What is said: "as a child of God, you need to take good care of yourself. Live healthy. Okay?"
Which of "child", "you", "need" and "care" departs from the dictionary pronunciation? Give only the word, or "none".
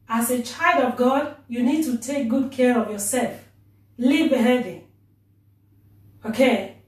none